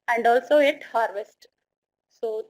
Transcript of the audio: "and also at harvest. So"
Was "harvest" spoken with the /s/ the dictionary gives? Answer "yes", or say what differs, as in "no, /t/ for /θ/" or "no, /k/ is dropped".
yes